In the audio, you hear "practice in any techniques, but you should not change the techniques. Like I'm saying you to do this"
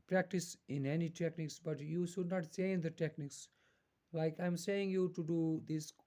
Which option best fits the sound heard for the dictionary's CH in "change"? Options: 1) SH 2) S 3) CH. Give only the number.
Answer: 2